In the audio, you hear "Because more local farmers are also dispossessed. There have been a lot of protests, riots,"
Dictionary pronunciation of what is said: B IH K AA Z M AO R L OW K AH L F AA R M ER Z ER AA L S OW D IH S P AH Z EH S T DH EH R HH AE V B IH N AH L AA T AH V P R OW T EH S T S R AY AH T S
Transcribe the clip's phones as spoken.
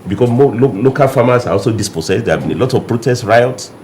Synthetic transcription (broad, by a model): B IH K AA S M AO L L OW K AH L F AA M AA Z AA AA L S OW D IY S P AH S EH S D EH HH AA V B IH N AH L AA T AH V P R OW T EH S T R AY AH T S